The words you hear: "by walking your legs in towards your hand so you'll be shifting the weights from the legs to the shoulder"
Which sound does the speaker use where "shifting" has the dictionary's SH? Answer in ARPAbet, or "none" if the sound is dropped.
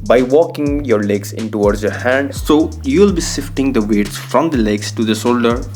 S